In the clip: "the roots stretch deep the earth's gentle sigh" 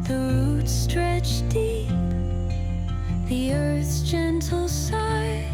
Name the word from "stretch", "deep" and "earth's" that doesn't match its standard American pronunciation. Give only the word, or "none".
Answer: none